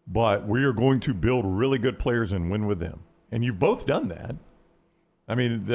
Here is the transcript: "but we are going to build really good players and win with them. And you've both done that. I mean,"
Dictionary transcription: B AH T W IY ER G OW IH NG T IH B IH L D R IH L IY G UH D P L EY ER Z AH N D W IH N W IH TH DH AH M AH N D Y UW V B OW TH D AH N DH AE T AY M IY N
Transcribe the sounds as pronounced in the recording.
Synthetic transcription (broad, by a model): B AH T W IY ER G OW IH NG T IH B IH L D R IH L IY G UH D P L EY ER Z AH N W IH N W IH DH AH M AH N Y UW V B OW TH D AH N DH AE T AY M IY N